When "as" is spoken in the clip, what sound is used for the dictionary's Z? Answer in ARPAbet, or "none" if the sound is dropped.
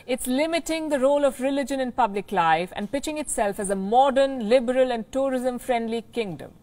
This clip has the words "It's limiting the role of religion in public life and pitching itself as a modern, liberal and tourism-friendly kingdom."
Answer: Z